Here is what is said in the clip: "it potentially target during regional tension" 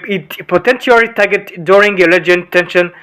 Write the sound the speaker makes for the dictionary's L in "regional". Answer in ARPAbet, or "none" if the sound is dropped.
N